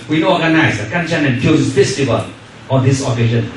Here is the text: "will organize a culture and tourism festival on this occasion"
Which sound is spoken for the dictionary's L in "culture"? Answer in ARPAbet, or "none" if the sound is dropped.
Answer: N